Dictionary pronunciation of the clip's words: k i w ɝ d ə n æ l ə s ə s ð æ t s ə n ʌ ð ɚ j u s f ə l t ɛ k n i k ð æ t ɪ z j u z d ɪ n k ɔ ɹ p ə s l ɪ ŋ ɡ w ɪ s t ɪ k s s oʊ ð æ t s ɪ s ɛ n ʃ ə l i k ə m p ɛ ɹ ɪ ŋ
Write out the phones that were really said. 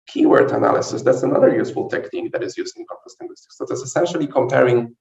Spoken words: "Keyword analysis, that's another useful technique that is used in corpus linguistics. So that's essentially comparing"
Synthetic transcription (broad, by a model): k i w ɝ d ə n æ l ə s ə s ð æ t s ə n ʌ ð ɚ j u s f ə l t ɛ k n i k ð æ t ɪ z j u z ɪ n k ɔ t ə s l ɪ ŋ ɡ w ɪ s t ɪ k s s oʊ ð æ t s ɪ s ɛ n ʃ ə l i k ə m p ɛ ɹ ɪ ŋ